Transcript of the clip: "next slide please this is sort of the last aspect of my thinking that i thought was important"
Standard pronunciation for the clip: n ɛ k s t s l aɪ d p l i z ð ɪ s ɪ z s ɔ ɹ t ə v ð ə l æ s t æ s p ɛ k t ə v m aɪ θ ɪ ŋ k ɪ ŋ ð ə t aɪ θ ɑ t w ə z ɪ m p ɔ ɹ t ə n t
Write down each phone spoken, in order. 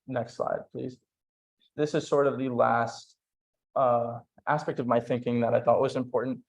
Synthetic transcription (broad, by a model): n ɛ k s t s l aɪ d p l i z ð ɪ s ɪ z s ɔ ɹ t ə v ð ə l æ s t æ s p ɛ k t ə v m aɪ θ ɪ ŋ k ɪ ŋ ð ə t aɪ θ ɑ t w ə z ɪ m p ɔ ɹ t n t